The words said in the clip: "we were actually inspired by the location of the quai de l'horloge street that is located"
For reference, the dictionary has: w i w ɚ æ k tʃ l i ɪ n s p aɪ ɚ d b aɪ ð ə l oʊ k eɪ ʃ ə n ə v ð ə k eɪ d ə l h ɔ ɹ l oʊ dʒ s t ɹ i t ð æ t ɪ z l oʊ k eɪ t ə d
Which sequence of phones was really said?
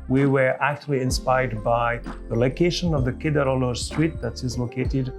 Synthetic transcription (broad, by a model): w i w ɚ æ k tʃ l i ɪ n s p aɪ ɚ d b aɪ ð ə l oʊ k eɪ ʃ ə n ə v ð ə k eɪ d ə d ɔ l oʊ s t ɹ i t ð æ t ɪ z l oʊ k eɪ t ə d